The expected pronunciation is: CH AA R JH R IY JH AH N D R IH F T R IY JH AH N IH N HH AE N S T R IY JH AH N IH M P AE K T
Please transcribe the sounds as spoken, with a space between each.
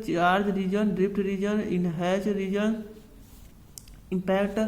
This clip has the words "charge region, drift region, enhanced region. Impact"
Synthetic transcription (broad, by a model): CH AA R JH R IY JH AH N D R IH P T R IY JH AH N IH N HH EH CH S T R IY JH AH N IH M P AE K T